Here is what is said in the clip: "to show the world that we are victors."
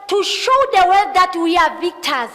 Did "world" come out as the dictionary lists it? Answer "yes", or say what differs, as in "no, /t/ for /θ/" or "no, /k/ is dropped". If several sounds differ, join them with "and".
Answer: no, /l/ is dropped